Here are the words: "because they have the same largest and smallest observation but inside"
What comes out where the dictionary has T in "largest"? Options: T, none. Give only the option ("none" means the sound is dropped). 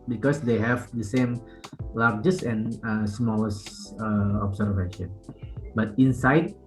none